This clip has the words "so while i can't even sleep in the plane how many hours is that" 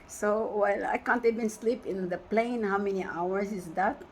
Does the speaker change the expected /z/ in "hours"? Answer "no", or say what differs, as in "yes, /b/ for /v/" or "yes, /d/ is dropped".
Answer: yes, /s/ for /z/